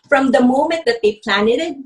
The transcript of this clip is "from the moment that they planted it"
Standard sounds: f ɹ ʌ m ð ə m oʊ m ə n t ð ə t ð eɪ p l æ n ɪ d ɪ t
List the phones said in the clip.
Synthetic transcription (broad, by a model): f ɹ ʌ m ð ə m oʊ m ə n t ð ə t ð eɪ p l æ n ɪ d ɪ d